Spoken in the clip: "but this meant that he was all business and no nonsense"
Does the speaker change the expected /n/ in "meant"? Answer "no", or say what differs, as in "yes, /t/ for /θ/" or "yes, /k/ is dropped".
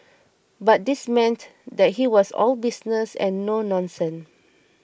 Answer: no